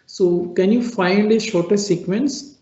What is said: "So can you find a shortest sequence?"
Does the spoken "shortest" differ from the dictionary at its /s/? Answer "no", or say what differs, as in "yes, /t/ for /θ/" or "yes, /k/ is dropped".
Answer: yes, /s/ is dropped